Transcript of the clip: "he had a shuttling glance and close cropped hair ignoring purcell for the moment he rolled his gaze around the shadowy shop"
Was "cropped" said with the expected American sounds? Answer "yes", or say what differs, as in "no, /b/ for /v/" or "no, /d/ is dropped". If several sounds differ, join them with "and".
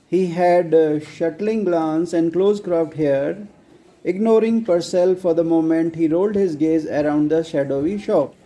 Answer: no, /f/ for /p/